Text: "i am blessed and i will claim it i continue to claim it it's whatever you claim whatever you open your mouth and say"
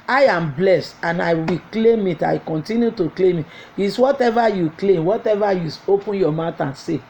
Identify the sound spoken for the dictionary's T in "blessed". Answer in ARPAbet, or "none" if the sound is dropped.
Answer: T